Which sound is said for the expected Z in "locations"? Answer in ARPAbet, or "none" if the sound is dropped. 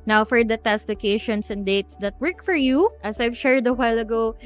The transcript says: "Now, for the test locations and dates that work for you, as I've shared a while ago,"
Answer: S